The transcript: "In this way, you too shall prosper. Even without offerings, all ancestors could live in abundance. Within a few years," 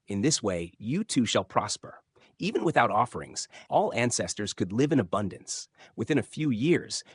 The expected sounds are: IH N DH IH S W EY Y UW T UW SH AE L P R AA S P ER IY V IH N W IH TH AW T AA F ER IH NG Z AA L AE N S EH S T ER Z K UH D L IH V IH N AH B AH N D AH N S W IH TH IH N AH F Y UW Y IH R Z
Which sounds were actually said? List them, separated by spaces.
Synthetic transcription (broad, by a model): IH N DH IH S W EY Y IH T UW SH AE L P R AA S P ER IY V IH N W IH TH AW T AA F ER IH NG Z AA L AE N S EH S T ER Z K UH D L IH V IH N AH B AH N D AH N S W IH TH IH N AH F Y UW Y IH R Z